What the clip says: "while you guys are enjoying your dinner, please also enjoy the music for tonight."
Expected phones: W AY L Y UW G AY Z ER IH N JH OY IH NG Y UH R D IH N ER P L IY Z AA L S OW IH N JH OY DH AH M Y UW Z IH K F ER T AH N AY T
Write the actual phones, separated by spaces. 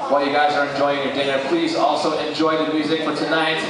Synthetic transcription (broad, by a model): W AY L Y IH G AY Z ER IH N JH OY IH NG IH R D IH N ER P L IY Z AA L S OW IH N JH OY DH AH M Y UW Z IH K F ER T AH N AY T